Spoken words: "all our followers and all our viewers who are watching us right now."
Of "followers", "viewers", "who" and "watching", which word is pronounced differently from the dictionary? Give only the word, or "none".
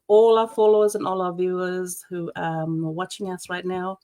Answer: none